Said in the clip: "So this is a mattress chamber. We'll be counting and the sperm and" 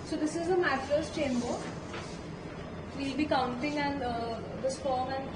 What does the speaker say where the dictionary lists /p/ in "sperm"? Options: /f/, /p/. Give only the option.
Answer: /f/